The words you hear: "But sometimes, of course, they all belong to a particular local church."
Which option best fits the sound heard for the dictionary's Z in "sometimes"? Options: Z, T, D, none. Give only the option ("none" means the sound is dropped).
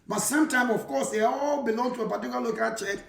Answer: none